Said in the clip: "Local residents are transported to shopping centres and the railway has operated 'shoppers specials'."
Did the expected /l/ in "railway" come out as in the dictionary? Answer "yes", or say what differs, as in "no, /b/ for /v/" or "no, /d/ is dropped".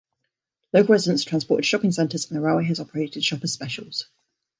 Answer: no, /l/ is dropped